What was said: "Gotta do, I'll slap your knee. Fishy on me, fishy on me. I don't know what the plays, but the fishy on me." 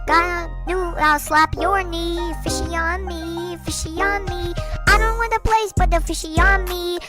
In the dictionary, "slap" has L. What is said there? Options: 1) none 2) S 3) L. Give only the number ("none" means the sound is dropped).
3